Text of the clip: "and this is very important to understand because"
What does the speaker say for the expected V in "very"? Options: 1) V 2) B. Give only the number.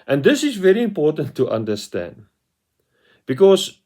1